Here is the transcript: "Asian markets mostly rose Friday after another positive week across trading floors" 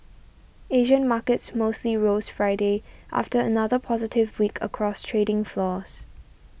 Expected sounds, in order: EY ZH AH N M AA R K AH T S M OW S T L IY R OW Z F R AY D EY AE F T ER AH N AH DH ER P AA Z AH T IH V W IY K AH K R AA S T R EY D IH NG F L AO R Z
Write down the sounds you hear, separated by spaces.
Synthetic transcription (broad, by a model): EY ZH AH N M AA K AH T S M OW S T L IY R OW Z F R AY D EY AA F T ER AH N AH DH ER P AA Z AH T IH V W IY K AH K R AA S T R EY D IH NG F L AO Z